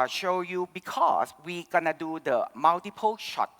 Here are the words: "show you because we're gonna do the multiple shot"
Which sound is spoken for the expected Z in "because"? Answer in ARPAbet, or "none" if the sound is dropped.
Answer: S